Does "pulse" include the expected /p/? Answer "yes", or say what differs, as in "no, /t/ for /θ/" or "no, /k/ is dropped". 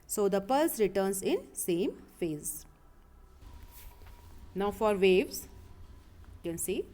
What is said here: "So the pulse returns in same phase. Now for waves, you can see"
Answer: yes